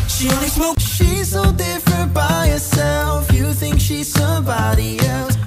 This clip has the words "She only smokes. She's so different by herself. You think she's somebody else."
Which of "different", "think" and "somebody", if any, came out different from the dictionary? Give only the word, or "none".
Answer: none